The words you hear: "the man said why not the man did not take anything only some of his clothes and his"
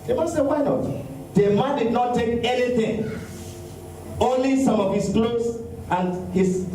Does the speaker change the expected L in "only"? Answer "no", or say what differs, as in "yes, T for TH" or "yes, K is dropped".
no